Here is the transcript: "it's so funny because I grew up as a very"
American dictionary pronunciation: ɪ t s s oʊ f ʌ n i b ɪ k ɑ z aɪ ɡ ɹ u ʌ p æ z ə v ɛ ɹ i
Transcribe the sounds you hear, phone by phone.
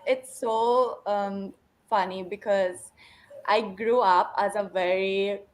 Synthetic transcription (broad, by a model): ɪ t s s oʊ f ʌ n i b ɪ k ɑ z aɪ ɡ ɹ u ʌ p æ z ə v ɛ ɹ i